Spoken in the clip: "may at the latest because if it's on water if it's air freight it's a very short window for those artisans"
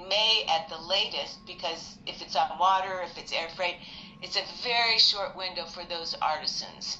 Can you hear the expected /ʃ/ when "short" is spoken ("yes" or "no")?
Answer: yes